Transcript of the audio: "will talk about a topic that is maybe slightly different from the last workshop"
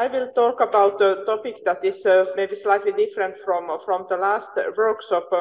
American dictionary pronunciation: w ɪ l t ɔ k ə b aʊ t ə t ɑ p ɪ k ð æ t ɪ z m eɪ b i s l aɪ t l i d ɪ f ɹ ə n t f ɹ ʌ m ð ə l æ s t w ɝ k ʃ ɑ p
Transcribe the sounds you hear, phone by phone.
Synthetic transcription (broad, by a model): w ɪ l t ɔ k ə b aʊ t ə t ɑ p ɪ k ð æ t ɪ s m eɪ b i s l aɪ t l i d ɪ f ɹ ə n t f ɹ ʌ m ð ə l æ s t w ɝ k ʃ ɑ p